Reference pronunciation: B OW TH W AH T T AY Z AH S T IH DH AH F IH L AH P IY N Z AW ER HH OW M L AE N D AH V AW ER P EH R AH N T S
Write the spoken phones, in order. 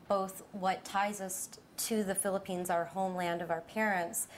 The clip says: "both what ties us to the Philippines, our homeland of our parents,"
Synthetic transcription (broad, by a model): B OW TH W AH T T AY Z AH S T IH DH AH F IH L AH P IY N Z AW ER HH OW M L AE N D AH V AW ER P EH R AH N T S